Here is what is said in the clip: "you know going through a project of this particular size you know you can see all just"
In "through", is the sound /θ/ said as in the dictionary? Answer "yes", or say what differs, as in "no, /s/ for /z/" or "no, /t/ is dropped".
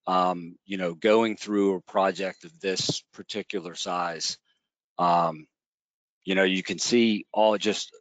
yes